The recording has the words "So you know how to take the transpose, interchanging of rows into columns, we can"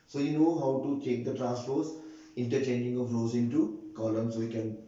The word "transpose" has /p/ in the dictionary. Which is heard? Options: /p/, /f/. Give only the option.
/f/